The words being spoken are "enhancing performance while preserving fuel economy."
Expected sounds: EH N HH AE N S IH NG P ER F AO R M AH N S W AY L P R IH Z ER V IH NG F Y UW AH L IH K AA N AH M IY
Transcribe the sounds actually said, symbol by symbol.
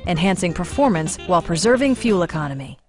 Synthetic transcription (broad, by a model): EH N HH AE N S IH NG P ER F AO R M AH N S W AY L P R IH Z ER V IH NG F Y UW L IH K AA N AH M IY